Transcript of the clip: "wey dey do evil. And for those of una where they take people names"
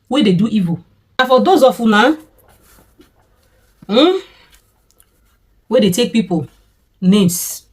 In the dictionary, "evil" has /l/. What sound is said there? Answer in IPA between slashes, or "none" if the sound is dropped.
/n/